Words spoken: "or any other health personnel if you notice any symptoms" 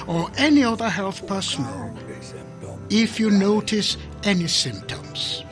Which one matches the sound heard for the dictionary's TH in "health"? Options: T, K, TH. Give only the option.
TH